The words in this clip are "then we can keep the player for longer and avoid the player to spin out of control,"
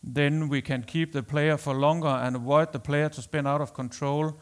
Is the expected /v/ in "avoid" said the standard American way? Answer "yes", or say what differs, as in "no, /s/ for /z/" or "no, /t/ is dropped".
no, /w/ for /v/